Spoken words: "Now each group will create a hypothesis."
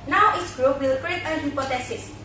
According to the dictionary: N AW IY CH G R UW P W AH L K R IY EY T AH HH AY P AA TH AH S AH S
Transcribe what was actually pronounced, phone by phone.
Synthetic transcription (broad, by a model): N AW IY S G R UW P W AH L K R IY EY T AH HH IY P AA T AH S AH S